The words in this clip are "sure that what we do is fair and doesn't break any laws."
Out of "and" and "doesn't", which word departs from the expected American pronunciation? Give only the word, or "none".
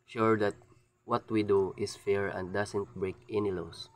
doesn't